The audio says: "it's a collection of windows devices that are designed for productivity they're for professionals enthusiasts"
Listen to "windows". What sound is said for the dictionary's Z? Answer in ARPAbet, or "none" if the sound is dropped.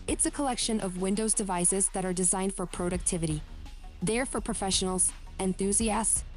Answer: Z